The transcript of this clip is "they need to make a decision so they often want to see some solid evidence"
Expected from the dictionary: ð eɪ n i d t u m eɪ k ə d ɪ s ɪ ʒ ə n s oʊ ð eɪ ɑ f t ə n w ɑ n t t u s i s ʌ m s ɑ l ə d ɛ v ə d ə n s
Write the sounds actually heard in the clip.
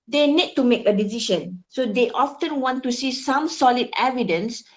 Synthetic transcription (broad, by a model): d eɪ n i d t u m eɪ k ə d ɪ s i ʃ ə n s oʊ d eɪ ɑ f t ə n w ɑ n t t u s i s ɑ m s ɑ l ə d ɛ v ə d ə n s